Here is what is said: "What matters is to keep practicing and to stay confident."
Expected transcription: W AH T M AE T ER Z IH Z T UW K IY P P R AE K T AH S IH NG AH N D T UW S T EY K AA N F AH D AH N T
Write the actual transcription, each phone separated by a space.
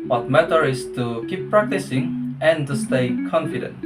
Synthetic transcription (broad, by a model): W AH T M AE T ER IH S T UW K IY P P R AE K T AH S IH NG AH N T UW S T EY K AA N F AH D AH N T